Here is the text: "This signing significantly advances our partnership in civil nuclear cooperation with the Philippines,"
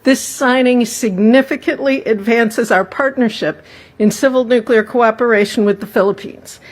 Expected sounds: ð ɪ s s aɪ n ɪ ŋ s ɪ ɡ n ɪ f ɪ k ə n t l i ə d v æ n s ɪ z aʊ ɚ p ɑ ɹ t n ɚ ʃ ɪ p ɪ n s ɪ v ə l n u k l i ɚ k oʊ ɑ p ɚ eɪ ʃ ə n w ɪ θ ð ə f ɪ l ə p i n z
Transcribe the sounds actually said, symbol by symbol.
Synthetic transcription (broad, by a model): ð ɪ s s aɪ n ɪ ŋ s ɪ ɡ n ɪ f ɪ k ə n t l i ə d v æ n s ɪ z aʊ ɚ p ɑ ɹ t n ɚ ʃ ɪ p ɪ n s ɪ v l n u k l i ɚ k oʊ ɑ p ɚ eɪ ʃ n w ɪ ð ə f ɪ l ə p i n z